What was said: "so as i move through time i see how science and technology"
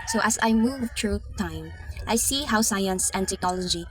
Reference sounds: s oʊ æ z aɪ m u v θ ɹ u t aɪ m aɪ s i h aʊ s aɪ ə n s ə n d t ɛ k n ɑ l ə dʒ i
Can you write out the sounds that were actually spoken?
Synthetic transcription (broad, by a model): s oʊ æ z aɪ m u v t ɹ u t aɪ m aɪ s i h aʊ s aɪ ə n s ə n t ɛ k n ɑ l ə dʒ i